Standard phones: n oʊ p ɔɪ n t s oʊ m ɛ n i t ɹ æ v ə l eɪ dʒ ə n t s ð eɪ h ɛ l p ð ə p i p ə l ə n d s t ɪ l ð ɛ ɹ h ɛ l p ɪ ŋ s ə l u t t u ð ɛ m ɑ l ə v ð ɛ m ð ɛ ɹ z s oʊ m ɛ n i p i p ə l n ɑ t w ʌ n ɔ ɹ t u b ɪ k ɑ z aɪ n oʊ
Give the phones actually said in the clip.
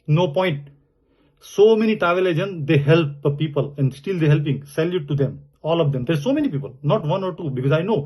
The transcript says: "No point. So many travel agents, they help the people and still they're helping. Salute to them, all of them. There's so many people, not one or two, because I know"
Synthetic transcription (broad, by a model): n oʊ p ɔɪ n t s oʊ m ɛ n i t ɑ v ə l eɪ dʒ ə n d eɪ h ɛ l p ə p i p ə l ə n d s t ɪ l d ɛ h ɛ l p ɪ ŋ s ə l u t t u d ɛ m ɑ l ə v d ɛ m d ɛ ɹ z s oʊ m ɛ n i p i p ə l n ɑ t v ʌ n ɔ ɹ t u b ɪ k ɑ z aɪ n oʊ